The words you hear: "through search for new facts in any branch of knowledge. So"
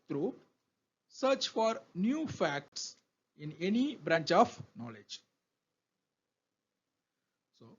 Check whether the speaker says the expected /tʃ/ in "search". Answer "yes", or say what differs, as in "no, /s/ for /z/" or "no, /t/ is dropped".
yes